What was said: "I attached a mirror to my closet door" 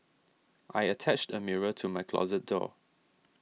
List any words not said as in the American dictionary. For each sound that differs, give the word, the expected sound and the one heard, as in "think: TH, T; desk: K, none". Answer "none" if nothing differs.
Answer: none